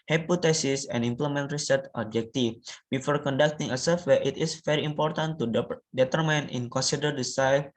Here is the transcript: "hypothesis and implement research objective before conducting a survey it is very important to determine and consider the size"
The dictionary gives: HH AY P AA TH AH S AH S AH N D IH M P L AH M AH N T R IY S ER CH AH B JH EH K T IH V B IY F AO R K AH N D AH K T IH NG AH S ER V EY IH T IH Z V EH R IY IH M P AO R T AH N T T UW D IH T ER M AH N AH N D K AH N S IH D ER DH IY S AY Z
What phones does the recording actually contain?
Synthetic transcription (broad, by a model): HH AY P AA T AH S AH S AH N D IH M P L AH M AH N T R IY S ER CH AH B JH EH K T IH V B IY F AO R K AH N D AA K T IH NG AH S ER W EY IH T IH S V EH R IY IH M P AO R T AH N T T UW D IH T ER M AH N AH N K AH N S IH D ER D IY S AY